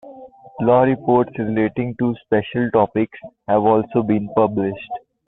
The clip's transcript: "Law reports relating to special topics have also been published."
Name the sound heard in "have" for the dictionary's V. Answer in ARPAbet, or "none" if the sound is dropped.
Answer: V